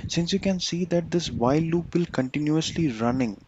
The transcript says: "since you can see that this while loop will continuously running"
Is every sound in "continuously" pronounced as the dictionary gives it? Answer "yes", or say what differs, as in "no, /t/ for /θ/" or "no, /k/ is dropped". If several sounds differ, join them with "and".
yes